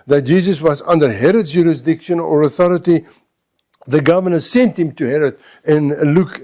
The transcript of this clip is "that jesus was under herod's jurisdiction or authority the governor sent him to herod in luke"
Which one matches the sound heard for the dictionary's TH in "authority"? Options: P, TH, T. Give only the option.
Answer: TH